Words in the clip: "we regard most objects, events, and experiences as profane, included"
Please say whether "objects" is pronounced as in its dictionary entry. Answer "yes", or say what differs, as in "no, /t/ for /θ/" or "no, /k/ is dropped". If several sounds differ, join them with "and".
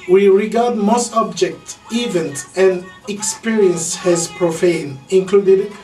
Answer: no, /s/ is dropped